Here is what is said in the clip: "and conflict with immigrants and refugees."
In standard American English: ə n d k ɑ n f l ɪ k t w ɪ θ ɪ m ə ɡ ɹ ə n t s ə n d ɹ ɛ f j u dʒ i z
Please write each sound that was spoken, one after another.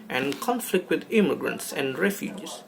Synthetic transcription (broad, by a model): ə n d k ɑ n f l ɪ k t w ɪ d ɪ m ə ɡ ɹ ə n t s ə n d ɹ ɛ f j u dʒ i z